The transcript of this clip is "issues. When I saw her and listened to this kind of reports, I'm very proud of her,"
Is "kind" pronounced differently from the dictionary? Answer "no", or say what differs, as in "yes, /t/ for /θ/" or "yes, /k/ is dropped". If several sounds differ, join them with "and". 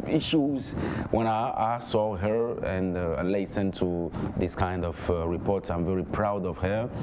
no